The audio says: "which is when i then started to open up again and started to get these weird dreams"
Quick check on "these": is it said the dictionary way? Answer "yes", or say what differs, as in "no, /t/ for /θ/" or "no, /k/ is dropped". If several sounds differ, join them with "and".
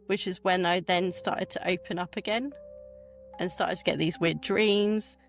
yes